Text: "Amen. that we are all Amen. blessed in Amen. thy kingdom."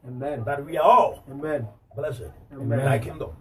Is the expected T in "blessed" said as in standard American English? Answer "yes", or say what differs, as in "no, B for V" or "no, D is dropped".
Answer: no, T is dropped